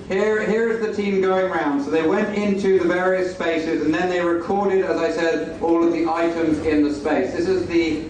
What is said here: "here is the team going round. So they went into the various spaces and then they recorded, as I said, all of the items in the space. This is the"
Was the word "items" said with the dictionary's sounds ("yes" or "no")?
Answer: yes